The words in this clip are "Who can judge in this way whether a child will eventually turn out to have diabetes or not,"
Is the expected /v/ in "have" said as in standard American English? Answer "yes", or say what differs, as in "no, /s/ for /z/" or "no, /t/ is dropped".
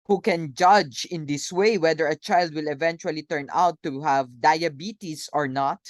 yes